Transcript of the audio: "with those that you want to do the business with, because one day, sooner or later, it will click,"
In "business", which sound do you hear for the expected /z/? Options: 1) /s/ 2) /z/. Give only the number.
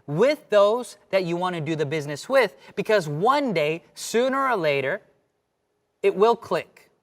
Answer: 2